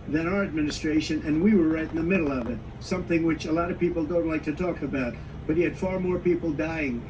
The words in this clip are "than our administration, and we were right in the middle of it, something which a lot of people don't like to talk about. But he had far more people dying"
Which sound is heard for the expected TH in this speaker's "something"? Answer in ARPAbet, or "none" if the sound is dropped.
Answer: TH